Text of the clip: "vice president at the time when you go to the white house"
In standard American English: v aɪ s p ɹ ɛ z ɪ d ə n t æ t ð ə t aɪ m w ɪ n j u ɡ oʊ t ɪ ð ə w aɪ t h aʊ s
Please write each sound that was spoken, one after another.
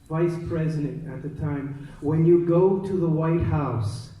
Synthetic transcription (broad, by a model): v aɪ s p ɹ ɛ z ɪ d ə n t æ t ð ə t aɪ m w ɪ n j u ɡ oʊ t ɪ ð ə w aɪ t h aʊ s